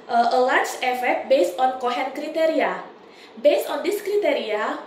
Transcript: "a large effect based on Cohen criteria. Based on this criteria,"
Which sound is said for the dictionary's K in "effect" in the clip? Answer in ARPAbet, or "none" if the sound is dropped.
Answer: none